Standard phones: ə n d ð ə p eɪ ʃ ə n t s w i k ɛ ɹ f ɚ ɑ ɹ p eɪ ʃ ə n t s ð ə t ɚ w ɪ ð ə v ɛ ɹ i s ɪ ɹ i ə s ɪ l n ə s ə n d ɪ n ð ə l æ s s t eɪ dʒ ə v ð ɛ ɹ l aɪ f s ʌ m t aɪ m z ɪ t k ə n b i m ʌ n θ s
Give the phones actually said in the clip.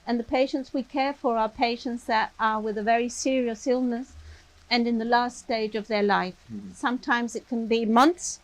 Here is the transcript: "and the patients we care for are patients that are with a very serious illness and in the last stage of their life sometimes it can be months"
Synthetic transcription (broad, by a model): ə n ð ə p eɪ ʃ ə n t s w i k ɛ ɹ f ɚ ɑ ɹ p eɪ ʃ ə n t s ð ə t ɚ w ɪ ð ə v ɛ ɹ i s ɪ ɹ i ə s ɪ l n ə s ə n ɪ n ð ə l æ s s t eɪ dʒ ə v ð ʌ ɹ l aɪ f s ʌ m t aɪ m z ɪ t k ə n b i m ʌ n θ s